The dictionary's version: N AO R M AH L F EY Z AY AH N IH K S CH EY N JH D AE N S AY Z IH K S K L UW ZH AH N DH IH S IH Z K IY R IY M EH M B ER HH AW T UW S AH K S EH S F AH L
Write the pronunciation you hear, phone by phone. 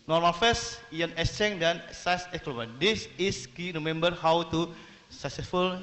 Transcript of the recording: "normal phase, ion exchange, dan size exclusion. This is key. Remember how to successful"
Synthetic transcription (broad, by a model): N AO R M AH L F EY S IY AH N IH S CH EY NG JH D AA N S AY S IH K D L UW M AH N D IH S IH S K IY R IY M EH M B ER HH AW T UW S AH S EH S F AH L